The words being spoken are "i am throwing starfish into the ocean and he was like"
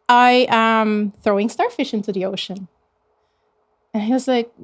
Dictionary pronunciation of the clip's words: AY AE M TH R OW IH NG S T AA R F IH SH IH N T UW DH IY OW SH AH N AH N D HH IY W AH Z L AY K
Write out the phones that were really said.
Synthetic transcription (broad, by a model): AY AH M TH R OW IH NG S T AA R F IH SH IH N T UW DH IY OW SH AH N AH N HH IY W AH Z L AY K